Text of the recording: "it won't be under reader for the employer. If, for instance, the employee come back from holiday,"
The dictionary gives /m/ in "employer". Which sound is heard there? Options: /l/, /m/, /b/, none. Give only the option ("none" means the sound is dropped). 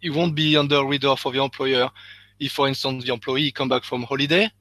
none